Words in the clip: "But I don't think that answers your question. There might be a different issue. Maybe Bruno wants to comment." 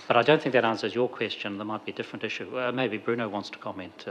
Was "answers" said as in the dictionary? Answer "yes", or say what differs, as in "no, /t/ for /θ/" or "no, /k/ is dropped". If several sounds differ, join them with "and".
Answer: yes